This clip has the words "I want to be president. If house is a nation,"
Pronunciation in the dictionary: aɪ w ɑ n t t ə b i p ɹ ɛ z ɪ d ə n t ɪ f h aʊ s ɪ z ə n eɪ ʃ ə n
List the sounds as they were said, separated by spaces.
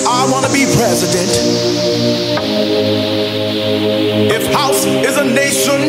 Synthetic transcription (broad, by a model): aɪ w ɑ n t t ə b i p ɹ ɛ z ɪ d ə n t ɪ f h aʊ s ɪ z ə n eɪ ʃ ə n